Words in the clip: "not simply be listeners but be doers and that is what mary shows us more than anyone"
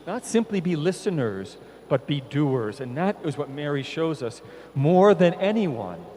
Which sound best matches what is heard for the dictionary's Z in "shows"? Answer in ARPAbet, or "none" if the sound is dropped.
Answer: Z